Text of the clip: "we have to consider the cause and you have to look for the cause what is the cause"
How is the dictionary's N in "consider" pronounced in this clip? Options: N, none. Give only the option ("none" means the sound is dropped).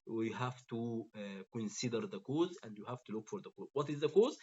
N